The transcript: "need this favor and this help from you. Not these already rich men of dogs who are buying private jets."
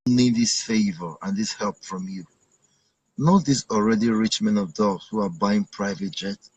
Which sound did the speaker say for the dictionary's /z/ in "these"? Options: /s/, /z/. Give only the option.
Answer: /s/